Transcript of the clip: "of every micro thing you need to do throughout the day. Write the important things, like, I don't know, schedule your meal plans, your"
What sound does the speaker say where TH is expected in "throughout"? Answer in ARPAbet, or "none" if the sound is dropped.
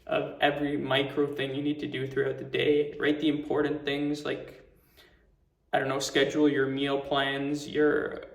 TH